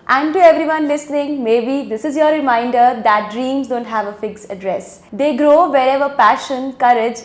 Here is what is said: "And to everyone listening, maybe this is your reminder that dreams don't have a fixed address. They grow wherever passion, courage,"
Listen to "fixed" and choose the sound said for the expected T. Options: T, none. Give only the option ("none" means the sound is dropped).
none